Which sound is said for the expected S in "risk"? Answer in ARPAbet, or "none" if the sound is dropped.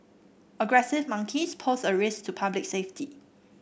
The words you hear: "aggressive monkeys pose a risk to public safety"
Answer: S